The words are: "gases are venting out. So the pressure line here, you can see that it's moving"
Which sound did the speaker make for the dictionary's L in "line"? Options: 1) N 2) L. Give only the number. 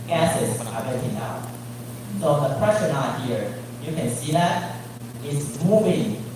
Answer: 1